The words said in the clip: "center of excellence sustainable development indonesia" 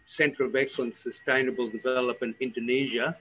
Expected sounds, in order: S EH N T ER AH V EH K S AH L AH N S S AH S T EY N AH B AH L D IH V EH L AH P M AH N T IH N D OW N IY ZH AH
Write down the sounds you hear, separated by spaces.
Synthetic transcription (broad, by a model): S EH N T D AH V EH K S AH L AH N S S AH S T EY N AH B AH L D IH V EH L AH P AH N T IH N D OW N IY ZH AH